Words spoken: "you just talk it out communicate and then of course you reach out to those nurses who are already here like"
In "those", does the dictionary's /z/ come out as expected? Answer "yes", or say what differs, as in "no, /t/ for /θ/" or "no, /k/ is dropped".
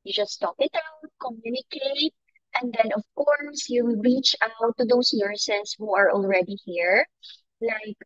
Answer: no, /s/ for /z/